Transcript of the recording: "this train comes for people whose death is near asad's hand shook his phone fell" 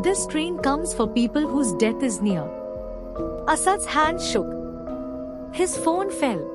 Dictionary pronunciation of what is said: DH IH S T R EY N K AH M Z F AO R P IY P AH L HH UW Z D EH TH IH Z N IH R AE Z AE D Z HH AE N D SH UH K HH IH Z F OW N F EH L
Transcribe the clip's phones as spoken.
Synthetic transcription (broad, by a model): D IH S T R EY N K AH M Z F AO R P IY P AH L HH UW Z D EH T IH Z N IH R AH S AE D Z HH AE N D SH UH K HH IH Z F OW N F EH L